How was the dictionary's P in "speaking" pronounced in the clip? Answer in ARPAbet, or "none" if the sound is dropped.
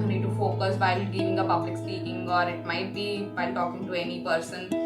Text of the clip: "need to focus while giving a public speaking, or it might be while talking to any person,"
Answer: none